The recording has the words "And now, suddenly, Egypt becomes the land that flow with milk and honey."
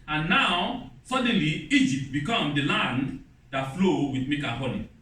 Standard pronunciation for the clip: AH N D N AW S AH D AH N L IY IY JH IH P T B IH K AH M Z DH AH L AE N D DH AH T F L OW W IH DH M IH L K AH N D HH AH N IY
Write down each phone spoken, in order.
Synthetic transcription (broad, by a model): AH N N AW S AH D AH N L IY IY JH IH P T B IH K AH M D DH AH L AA N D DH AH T F L OW W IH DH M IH K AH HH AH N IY